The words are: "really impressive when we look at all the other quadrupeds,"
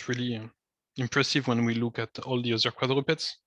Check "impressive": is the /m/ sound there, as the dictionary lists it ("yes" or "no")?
yes